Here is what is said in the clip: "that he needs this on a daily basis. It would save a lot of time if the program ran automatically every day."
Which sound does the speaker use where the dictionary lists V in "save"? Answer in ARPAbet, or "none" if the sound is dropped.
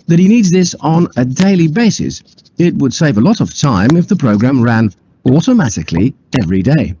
V